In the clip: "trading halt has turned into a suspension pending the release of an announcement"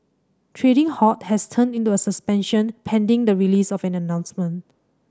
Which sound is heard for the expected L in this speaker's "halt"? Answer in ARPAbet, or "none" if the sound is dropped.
none